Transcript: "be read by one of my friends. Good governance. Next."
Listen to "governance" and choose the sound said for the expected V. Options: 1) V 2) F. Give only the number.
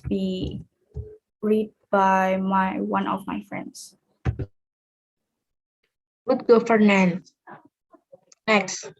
2